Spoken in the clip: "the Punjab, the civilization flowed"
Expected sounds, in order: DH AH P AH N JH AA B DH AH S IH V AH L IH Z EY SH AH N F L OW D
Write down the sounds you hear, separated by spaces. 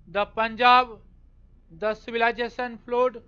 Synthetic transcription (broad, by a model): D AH P AH N JH AA B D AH S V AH L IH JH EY S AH N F L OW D